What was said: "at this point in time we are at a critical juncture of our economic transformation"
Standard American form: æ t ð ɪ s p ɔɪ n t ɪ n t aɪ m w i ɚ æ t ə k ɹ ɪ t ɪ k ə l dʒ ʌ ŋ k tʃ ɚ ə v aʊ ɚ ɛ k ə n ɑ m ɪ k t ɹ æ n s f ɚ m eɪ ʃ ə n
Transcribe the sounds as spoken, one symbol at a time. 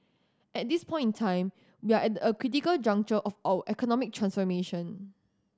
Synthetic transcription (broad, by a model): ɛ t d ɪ s p ɔɪ n t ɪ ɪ m w i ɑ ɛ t ə k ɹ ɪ t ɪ k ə l dʒ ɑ ŋ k tʃ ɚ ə f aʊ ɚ ɛ k ə n ɑ m ɪ k t ɹ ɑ n s f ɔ m eɪ ʃ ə n